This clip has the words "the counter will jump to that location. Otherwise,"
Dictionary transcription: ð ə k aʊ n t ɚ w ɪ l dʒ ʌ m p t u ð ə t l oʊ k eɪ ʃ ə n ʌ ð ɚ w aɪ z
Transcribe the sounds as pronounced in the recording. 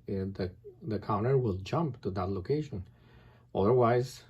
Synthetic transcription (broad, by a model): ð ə k aʊ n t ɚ w ɪ l dʒ ʌ m p t u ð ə t l oʊ k eɪ ʃ ə n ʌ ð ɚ w aɪ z